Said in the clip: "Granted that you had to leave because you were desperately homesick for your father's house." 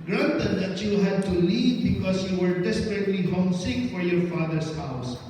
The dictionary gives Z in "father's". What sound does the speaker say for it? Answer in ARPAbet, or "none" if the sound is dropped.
S